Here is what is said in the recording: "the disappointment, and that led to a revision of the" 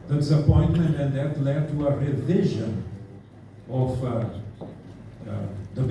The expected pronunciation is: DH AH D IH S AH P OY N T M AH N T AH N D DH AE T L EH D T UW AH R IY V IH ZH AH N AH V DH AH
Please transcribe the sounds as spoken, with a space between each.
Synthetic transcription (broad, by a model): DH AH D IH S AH P OY N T M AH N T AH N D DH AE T L EH D T UW AH R IY V IH ZH AH N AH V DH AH